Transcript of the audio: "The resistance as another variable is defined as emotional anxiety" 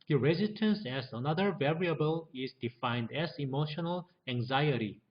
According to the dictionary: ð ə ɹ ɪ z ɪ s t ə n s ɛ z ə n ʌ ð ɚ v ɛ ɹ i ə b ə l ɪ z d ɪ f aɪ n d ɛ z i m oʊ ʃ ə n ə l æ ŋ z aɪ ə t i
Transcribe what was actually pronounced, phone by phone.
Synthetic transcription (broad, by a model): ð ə ɹ ɪ z ɪ s t ə n s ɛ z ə n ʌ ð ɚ v ɛ ɹ i ə b ə l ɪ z d ɪ f aɪ n d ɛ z i m oʊ ʃ ə n ə l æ ŋ z aɪ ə t i